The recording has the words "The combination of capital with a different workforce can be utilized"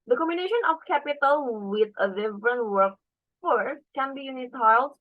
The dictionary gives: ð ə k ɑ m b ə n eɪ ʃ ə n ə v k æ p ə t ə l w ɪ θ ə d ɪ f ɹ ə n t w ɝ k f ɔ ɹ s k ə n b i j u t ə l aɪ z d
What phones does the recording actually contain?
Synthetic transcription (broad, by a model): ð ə k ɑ m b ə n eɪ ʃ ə n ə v k æ p ə t ə l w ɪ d ə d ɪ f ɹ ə n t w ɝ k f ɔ ɹ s k ə n b i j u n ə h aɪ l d